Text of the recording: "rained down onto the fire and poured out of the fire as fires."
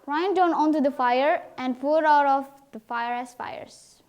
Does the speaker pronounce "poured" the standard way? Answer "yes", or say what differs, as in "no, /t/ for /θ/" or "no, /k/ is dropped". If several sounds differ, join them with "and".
no, /f/ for /p/